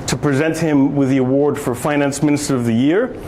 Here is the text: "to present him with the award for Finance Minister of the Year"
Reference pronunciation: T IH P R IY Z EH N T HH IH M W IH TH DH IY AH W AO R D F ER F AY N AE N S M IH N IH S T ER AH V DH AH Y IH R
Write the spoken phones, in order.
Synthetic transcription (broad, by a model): T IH P R IY Z EH N T HH IH M W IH DH IY AH W AO R D F ER F AY N AE N S M IH N IH S T ER AH V DH AH Y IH R